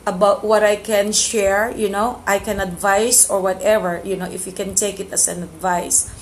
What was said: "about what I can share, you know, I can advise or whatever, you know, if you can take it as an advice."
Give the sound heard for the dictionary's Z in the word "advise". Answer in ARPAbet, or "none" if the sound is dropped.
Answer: S